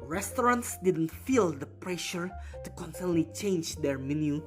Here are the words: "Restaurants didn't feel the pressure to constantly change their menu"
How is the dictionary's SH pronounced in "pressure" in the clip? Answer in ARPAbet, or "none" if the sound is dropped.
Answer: SH